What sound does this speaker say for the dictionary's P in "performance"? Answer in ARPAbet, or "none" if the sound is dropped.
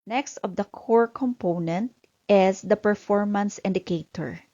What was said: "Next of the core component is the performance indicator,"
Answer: P